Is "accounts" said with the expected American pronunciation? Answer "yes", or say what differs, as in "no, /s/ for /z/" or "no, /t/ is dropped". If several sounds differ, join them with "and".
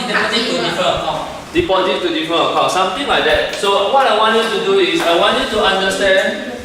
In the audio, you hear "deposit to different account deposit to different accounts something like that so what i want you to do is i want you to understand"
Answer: no, /n/ is dropped